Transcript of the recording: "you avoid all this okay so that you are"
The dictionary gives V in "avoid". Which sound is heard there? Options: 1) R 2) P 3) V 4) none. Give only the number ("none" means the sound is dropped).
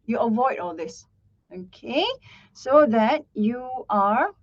3